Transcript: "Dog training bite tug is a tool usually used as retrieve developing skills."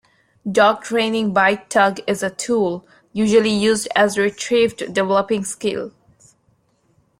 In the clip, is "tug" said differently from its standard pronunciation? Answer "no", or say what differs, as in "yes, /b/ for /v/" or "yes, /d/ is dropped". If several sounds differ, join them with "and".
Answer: no